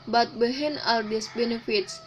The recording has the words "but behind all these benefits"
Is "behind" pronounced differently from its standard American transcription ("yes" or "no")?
yes